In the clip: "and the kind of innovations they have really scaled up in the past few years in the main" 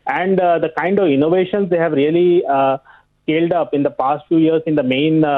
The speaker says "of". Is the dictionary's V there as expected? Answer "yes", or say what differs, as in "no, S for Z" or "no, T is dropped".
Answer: yes